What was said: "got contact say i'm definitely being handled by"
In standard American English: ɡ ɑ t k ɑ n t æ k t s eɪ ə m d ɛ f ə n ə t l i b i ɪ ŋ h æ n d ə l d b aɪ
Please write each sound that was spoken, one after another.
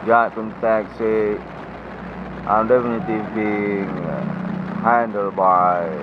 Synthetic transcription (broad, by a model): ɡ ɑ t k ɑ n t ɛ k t s eɪ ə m d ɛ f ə n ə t i b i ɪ ŋ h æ n d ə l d b aɪ